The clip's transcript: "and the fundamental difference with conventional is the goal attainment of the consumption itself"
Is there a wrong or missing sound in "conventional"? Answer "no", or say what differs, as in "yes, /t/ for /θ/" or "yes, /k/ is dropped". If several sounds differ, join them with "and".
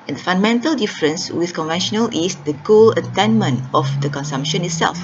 no